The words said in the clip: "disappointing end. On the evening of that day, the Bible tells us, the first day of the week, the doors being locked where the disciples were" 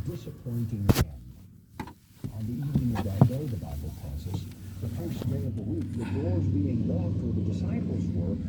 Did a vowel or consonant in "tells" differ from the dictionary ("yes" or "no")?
yes